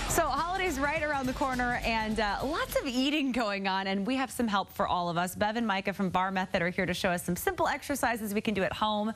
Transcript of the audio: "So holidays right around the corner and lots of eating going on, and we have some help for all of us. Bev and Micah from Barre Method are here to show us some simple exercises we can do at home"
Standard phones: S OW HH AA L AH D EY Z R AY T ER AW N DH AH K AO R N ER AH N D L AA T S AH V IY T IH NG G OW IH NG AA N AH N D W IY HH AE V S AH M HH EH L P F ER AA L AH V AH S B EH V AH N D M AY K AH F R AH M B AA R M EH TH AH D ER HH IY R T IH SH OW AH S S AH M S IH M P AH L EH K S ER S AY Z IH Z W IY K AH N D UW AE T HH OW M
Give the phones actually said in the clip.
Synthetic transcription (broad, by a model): S OW HH AA L AH D EY Z R AY T ER AW N DH AH K AO R N ER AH N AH L AA T S AH V IY T IH NG G OW IH NG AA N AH N W IY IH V S AH M HH EH L P F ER AA L AH V AH S B EH V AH N M AY K AH F R AH M B AA R M EH TH AH D ER HH IY R T IH SH OW AH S S AH M S IH M P L EH K S ER S AY Z IH Z W IY K AH N D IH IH T HH OW M